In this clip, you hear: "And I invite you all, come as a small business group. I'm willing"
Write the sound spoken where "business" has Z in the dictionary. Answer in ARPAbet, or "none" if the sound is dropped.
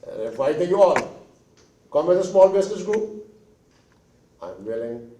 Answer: S